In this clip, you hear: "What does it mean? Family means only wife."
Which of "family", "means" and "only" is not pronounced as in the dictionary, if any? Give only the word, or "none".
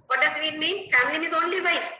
means